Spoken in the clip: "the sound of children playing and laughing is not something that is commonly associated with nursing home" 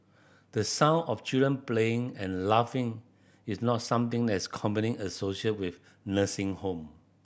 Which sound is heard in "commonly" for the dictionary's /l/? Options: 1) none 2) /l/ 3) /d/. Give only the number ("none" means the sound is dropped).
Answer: 1